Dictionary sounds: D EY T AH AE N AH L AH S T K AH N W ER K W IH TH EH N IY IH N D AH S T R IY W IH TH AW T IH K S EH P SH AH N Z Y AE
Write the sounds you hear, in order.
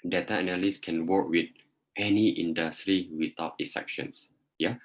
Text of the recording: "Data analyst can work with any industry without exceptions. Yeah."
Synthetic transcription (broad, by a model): D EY T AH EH N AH L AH S K AH N W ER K W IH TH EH N IY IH N D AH S T R IY W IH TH AW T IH S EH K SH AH N S Y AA